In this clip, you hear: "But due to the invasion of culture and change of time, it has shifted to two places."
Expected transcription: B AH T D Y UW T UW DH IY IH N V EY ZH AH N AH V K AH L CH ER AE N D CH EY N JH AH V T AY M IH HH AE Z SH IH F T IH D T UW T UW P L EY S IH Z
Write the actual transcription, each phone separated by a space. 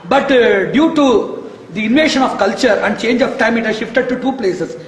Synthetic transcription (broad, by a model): B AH T D Y UW T UW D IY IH N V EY SH AH N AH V K AH L CH ER AE N D CH EY N JH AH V T AY M IH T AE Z SH IH F T IH D T UW T UW P L EY S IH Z